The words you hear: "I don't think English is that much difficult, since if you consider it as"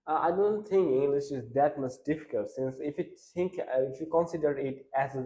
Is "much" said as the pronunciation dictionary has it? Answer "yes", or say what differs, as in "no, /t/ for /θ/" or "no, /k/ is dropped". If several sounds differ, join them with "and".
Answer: no, /s/ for /tʃ/